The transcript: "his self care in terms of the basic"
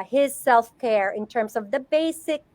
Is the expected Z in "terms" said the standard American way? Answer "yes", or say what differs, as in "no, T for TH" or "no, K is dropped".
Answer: yes